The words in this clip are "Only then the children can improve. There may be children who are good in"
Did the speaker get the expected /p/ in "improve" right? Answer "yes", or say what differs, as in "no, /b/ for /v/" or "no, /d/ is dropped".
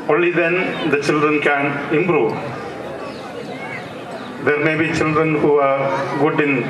no, /b/ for /p/